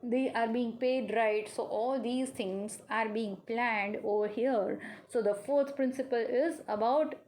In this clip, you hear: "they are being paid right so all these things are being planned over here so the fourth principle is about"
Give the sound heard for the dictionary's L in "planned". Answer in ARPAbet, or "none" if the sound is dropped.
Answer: L